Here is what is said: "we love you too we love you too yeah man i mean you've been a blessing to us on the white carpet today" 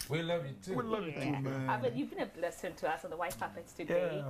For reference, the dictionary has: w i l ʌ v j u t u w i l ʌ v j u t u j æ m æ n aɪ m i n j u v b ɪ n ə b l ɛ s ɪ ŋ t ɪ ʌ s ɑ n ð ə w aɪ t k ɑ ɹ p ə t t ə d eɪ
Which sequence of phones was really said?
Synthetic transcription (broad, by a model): w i l ʌ v j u t u w i l ʌ v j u t u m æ aɪ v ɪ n j u v b ɪ n ə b l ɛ s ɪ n t ɪ ʌ s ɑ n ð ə w aɪ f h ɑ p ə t t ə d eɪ